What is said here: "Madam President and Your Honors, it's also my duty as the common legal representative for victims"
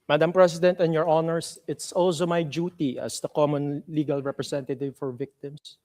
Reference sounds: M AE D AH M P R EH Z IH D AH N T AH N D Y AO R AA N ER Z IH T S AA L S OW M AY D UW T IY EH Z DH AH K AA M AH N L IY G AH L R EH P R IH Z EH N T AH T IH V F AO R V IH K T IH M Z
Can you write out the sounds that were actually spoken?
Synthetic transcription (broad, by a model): M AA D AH M P R EH S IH D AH N T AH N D Y AO R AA N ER S IH T S AA L S OW M AY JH UW T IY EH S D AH K AA M AH N L IY G AH L R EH P R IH S EH N T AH T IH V F AO R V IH K T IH M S